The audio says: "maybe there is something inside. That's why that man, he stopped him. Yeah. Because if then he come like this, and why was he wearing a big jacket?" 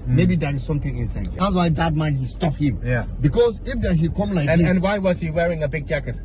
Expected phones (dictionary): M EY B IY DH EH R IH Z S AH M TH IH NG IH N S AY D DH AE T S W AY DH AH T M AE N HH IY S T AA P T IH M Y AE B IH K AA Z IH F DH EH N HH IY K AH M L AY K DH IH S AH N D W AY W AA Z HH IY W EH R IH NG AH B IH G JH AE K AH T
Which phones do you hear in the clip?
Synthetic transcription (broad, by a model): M EY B IY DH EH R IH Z S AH M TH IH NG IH N S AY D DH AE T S W AY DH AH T M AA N HH IY S T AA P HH IH M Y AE B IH K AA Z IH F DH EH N HH IY K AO M L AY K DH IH AH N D W AY W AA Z HH IY W EH R IH NG AH B IH G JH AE K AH T